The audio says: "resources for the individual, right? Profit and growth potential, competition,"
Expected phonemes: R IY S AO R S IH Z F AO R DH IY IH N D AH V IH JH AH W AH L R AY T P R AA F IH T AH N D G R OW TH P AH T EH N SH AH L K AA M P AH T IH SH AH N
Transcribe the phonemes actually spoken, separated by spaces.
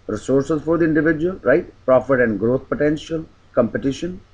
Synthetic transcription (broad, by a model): R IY S AO R S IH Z F AO R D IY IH N D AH V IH JH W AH L R AY T P R AA F IH T AH N D G R OW T P AH T EH N SH AH L K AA M P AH T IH SH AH N